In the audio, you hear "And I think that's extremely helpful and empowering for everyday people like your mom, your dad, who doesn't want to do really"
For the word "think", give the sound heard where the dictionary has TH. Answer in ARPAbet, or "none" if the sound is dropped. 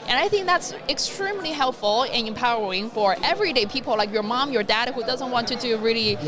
TH